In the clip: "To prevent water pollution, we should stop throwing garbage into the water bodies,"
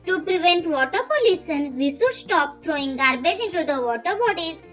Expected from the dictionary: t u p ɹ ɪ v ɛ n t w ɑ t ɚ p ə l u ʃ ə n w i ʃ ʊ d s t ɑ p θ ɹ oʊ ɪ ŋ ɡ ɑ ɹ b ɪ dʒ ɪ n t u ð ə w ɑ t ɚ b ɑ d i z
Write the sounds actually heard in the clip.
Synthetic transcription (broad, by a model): t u p ɹ ɪ v ɛ n t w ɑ t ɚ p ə l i s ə n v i s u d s t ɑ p t ɹ oʊ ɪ ŋ ɡ ɑ ɹ b ɪ dʒ ɪ n t u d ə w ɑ t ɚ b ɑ d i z